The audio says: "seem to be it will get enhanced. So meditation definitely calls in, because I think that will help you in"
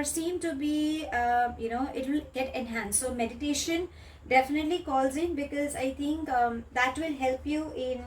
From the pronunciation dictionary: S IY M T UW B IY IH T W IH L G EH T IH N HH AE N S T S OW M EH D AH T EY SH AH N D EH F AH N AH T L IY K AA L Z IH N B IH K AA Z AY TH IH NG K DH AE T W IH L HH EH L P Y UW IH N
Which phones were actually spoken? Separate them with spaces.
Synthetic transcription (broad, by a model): S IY M T UW B IY IH T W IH L G EH T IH N HH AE N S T S OW M EH D AH T EY SH AH N D EH F AH N AH T L IY K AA L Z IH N B IH K AA Z AY T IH NG K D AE T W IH L HH EH L P Y UW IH N